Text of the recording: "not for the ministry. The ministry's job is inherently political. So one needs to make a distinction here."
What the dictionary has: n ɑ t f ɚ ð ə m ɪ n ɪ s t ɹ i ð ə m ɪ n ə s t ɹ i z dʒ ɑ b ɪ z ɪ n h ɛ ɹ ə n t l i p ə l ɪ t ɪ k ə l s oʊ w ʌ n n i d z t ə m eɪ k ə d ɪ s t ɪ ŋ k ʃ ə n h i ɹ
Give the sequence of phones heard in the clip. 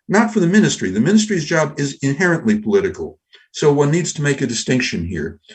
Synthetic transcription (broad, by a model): n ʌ t f ɚ ð ə m ɪ n ɪ s t ɹ i ð ə m ɪ n ə s t ɹ i z dʒ ɑ b ɪ z ɪ n h ɛ ɹ ə n t l i p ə l ɪ t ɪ k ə l s oʊ w ʌ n n i d z t ə m eɪ k ə d ɪ s t ɪ ŋ k ʃ ə n h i ɹ